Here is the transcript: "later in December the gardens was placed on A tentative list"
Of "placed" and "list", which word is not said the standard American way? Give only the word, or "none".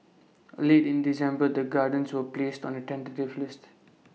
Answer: none